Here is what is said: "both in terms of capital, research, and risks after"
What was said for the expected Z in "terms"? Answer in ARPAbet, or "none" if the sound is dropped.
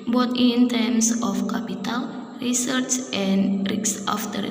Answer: S